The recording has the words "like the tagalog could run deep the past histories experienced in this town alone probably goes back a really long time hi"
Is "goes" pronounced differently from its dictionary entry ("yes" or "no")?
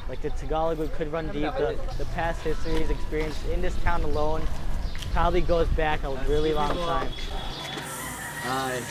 no